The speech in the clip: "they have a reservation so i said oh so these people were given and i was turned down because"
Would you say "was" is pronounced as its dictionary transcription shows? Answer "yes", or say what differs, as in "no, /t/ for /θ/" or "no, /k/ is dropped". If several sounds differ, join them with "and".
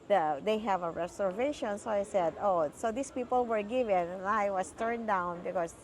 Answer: no, /s/ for /z/